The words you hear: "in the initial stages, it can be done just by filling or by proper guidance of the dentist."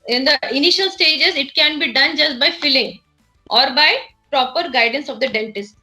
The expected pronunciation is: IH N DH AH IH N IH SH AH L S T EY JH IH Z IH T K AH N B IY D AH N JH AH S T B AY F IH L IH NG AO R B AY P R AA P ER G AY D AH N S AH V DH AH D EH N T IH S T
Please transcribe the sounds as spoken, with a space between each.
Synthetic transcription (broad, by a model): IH N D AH IH N IH SH AH L S T EY JH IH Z IH T K AH N B IY D AH N JH AH S T B AY F IH L IH NG AO R B AY P R AA P ER G AY D AH N S AH V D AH D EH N T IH S T